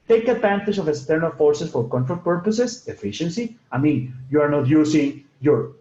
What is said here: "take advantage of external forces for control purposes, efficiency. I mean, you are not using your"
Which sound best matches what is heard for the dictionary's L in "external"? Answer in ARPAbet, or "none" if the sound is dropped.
L